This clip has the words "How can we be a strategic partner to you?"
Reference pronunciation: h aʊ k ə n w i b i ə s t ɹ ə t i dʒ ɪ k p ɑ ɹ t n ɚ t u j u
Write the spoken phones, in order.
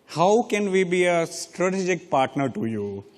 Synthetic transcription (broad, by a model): h aʊ k ə n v i b i ə s t ɹ ə t i dʒ ɪ k p ɑ ɹ t n ɚ t u j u